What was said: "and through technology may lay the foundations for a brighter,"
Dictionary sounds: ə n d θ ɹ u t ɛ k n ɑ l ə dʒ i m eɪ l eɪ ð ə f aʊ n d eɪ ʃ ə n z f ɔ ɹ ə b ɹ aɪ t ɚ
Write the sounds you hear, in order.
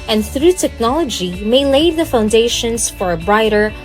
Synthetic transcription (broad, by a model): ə n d θ ɹ u t ɛ k n ɑ l ə dʒ i m eɪ l eɪ ð ə f aʊ n d eɪ ʃ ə n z f ɔ ɹ ə b ɹ aɪ t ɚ